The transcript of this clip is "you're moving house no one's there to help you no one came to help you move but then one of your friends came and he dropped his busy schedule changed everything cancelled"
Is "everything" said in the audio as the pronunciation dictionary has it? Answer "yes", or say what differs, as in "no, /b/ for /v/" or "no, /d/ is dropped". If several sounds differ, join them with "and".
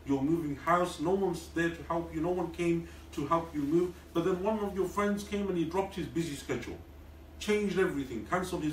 yes